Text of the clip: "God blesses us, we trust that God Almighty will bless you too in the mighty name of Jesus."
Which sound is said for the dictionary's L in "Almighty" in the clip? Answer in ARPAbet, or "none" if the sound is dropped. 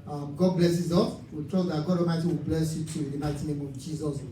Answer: none